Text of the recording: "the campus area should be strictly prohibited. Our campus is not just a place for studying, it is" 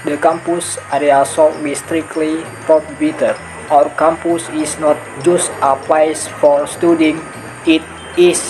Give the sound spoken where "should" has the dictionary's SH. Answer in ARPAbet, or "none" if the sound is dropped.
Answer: S